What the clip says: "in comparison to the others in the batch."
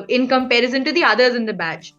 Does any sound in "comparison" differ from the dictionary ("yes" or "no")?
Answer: no